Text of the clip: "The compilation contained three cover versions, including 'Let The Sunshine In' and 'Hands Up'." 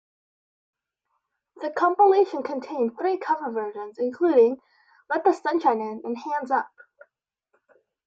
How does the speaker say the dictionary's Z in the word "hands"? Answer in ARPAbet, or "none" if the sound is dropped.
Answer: Z